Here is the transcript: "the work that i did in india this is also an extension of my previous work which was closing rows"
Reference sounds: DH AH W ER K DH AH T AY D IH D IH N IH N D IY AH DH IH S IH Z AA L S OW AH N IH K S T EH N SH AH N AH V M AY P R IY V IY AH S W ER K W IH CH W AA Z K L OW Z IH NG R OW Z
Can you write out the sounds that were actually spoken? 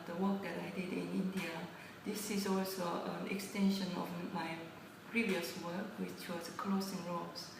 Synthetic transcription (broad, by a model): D AH W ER K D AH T AY D IH D IH N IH N D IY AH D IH S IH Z AA L S OW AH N IH K S T EH N SH AH N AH F M AY P R IY V IY AH S W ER K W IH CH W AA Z K L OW S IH NG R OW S